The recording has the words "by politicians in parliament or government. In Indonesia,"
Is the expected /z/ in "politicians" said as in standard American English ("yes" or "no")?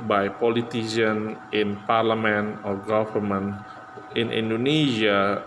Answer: no